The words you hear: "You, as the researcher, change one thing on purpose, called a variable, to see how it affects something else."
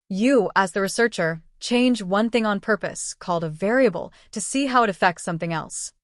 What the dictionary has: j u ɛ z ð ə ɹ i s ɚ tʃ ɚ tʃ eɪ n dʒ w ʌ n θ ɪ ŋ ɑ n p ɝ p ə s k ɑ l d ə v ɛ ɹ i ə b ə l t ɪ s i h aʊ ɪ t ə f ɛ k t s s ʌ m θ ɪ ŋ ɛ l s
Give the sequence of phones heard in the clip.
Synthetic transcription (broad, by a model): j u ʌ z ð ə ɹ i s ɚ tʃ ɚ tʃ eɪ n dʒ w ʌ n θ ɪ ŋ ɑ n p ɝ p ə s k ɑ l d ə v ɛ ɹ i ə b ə l t ɪ s i h aʊ ɪ t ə f ɛ k t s s ʌ m θ ɪ ŋ ɛ l s